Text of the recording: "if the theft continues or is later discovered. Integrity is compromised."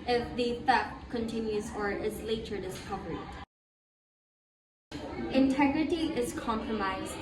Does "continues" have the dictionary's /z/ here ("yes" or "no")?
yes